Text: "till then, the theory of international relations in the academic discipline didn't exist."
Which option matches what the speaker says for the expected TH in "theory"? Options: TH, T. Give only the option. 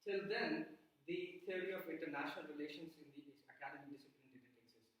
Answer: T